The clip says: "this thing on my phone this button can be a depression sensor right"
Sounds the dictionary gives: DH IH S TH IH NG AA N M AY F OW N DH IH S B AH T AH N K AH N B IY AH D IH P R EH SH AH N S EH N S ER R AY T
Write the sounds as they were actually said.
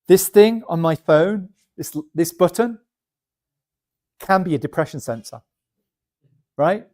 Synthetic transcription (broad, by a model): DH IH S TH IH NG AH N M AY F OW N DH IH S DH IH S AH N K AH N B IY AH D IH P R EH SH AH N S EH N S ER R AY T